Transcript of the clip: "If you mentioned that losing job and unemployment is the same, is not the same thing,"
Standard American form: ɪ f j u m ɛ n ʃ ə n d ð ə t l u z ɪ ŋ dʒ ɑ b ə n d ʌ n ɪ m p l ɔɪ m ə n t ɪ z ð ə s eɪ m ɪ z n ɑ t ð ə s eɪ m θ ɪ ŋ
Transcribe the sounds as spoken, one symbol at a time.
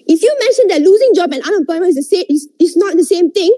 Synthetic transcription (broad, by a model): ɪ f j u m ɛ n ʃ ə n d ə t l u z ɪ ŋ dʒ ɑ b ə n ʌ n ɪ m p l ɔɪ m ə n ɪ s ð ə s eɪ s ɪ s n ɑ t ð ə s eɪ m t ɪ ŋ